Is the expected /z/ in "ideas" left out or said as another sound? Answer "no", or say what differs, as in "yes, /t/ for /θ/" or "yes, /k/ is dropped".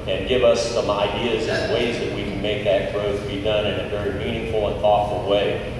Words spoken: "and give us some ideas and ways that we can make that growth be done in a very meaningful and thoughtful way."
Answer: no